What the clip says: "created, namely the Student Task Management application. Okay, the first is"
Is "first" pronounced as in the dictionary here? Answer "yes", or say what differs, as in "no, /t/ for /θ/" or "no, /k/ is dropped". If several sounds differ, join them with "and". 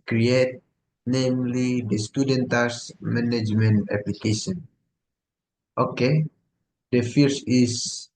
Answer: no, /t/ is dropped